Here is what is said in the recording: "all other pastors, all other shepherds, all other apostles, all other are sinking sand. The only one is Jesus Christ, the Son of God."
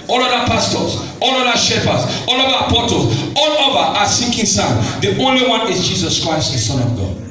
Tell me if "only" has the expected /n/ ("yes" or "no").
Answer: yes